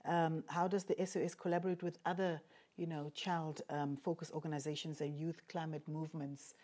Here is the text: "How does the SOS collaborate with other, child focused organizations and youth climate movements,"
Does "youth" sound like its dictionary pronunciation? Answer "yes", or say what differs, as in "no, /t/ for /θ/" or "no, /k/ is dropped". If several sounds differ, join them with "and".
yes